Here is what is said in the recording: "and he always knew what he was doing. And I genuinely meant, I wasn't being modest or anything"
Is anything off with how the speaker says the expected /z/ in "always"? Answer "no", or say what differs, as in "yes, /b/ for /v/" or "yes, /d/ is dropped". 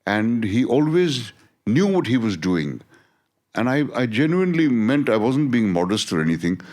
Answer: no